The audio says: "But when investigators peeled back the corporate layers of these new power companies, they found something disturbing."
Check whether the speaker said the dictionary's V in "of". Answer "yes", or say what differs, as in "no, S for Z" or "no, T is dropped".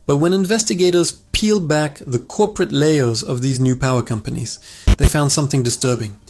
yes